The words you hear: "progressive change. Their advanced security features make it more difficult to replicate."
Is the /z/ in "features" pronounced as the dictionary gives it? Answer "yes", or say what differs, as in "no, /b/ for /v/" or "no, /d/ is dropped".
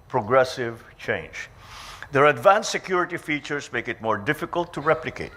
no, /s/ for /z/